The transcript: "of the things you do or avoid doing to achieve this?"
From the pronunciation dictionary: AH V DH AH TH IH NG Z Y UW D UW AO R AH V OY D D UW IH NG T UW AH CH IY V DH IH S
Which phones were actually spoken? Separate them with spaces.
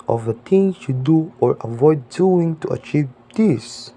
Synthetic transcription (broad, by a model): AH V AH T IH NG Y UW D UW AO R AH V OY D D UW IH NG T UW AH CH IY V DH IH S